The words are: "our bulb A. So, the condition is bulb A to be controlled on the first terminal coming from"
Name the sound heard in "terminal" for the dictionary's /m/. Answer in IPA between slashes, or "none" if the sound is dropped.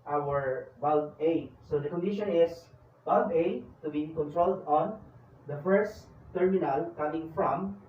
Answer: /m/